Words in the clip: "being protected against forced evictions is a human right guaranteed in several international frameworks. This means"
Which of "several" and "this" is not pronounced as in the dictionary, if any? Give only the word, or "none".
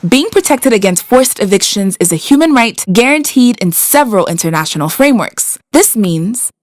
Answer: none